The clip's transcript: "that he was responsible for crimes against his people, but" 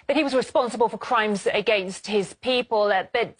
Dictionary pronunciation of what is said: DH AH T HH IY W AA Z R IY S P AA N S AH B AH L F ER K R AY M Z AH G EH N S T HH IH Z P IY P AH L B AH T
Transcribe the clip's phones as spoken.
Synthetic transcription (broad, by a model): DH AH T HH IY W AA Z R IY S P AA N S AH B AH L F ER K R AY M Z AH G EH N S T HH IH Z P IY P AH L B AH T